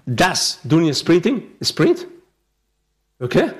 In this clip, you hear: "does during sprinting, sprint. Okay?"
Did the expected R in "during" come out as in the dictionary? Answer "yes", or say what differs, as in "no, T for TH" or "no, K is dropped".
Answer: no, R is dropped